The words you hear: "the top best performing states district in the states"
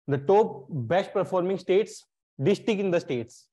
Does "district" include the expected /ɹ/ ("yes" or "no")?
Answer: no